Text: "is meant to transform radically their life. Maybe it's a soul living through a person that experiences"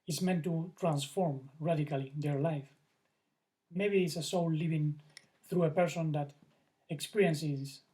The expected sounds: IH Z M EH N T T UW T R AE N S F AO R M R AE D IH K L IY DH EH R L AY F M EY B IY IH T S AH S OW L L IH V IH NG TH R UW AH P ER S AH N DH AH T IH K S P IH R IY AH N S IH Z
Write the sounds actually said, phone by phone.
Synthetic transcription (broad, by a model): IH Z M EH N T T UW T R AE N S F AO R M R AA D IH K L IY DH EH R L AY F M EY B IY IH T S AH S OW W L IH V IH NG TH R UW AH P ER S AH N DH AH T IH K S P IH R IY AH N S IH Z